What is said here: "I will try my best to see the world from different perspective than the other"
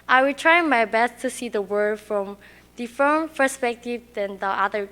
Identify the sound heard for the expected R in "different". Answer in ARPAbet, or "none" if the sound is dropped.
none